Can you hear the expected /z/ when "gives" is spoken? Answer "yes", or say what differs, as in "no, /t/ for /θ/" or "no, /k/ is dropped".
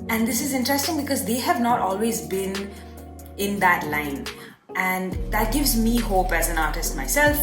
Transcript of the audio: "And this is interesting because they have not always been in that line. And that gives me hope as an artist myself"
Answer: yes